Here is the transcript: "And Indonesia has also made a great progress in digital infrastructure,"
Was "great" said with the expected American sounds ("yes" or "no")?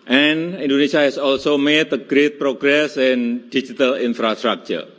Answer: yes